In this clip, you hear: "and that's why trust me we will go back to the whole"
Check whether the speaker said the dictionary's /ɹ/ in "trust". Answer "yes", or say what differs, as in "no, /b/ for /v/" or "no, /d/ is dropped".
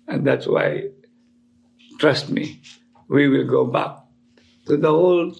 yes